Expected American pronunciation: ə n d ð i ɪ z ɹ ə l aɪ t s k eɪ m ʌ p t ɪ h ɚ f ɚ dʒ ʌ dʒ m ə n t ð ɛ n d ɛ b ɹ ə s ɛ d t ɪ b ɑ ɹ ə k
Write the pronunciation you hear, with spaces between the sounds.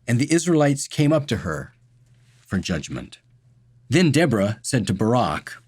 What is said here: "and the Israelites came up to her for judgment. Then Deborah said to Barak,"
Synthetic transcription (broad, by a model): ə n ð i ɪ z ɹ ə l aɪ t s k eɪ m ʌ p t ɪ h ɚ f ɚ dʒ ʌ dʒ m ə n t ð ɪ n d ɛ b ɹ ə s ɛ d t ɪ b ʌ ɹ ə k